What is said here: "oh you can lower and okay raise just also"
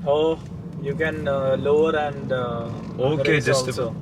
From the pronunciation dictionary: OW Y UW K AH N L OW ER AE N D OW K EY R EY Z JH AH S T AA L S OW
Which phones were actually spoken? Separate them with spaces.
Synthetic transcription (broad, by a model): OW Y UW K AH N L OW ER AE N D OW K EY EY JH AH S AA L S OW